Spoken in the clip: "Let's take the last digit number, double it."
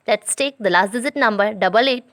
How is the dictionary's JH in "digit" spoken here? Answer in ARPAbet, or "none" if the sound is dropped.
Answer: Z